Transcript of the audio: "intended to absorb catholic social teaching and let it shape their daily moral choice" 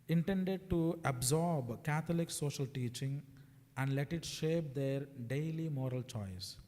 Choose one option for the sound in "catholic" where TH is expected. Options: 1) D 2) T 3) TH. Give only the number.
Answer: 2